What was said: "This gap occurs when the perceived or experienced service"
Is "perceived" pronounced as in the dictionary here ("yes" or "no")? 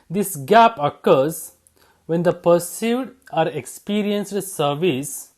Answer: no